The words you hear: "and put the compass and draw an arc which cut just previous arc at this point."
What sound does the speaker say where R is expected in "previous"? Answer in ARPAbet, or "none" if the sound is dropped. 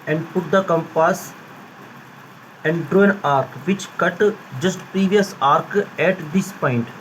R